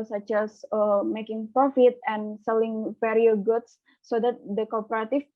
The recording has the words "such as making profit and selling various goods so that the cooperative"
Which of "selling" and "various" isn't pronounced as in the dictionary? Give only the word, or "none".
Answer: various